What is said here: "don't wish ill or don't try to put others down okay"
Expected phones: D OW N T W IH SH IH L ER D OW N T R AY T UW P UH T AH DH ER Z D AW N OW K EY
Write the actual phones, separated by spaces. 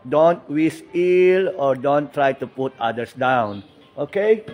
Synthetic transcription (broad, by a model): D OW N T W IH S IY L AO D OW N T R AY T UW P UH T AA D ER S D AW N OW K EY